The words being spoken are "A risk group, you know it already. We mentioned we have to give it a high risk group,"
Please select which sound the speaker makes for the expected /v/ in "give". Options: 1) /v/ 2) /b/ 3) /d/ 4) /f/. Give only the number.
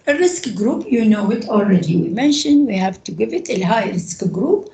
1